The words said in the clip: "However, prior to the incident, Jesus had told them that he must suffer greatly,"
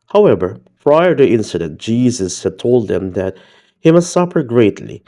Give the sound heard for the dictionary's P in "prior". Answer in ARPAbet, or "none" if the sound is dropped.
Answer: F